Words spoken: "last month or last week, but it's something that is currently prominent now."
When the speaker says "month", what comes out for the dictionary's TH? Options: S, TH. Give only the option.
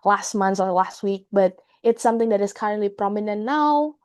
S